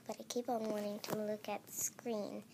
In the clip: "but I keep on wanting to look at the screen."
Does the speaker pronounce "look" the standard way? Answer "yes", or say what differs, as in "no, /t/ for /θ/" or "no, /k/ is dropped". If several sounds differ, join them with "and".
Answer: yes